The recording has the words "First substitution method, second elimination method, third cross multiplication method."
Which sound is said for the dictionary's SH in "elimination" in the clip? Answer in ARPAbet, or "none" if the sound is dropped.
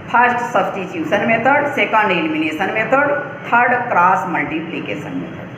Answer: S